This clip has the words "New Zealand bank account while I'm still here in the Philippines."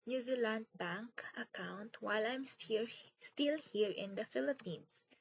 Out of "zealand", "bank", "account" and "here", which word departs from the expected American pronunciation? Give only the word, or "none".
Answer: none